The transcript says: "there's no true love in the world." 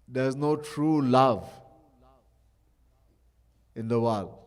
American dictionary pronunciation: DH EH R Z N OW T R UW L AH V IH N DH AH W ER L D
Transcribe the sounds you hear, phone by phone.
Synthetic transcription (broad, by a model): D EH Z N OW T R UW L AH V IH N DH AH W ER L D